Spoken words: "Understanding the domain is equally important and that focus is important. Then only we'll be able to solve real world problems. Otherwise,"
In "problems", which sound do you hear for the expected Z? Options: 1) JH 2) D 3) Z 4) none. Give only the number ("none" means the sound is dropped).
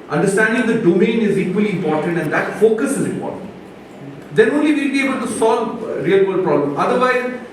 4